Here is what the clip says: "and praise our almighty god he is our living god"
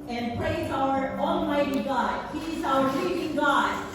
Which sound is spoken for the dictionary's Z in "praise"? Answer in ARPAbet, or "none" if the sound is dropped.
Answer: Z